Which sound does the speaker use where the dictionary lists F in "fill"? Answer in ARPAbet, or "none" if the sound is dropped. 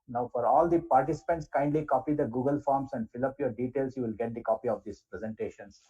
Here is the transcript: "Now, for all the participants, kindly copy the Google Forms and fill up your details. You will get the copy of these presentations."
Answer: F